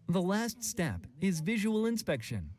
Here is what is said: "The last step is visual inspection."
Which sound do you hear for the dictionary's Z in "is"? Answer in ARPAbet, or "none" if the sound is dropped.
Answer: Z